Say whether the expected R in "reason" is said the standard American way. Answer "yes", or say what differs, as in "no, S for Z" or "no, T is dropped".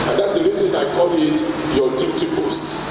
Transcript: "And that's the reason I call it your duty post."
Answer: no, L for R